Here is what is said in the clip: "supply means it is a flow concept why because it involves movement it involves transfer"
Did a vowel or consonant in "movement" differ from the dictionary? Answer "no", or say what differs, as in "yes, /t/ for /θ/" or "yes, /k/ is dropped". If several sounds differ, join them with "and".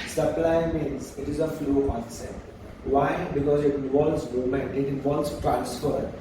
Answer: yes, /v/ is dropped